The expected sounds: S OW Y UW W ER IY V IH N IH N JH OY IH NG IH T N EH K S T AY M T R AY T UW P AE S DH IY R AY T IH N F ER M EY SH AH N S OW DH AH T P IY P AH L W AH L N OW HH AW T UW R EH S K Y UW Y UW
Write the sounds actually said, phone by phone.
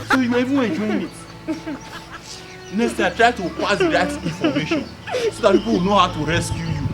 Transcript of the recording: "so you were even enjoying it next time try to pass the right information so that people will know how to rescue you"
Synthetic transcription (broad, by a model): S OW Y UW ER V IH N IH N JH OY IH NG IH T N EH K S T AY T R AY T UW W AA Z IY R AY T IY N F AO M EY SH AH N S OW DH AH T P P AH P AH W N OW HH AW T UW R EH S K Y UW Y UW